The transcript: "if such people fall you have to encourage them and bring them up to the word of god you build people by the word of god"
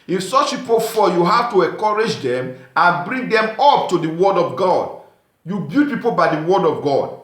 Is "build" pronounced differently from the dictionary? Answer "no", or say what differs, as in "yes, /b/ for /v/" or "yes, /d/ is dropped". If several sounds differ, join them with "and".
yes, /l/ is dropped